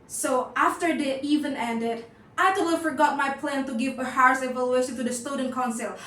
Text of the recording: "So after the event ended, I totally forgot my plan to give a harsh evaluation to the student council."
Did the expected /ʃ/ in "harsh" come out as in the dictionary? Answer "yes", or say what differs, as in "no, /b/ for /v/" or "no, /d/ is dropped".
no, /s/ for /ʃ/